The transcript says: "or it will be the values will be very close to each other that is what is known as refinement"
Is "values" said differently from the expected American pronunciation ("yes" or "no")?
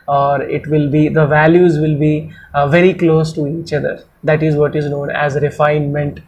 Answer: no